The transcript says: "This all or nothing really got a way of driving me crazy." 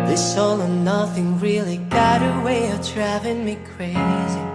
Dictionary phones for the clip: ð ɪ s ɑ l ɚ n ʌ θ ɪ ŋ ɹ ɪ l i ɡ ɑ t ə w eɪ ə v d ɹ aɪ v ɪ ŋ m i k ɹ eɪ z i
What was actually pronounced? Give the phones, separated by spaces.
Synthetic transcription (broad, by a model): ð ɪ s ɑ l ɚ n ʌ θ ɪ ŋ ɹ ɪ l i ɡ ɑ t ə w eɪ ə v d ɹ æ v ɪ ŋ m i k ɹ eɪ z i